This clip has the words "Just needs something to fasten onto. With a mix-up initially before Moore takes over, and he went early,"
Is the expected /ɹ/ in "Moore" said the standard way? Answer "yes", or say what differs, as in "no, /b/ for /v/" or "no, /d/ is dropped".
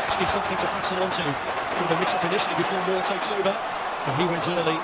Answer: no, /l/ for /ɹ/